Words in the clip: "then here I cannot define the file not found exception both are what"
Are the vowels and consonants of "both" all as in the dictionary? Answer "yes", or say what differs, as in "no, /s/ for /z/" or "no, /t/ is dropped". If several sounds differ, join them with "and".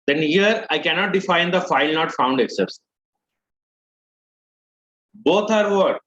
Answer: no, /t/ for /θ/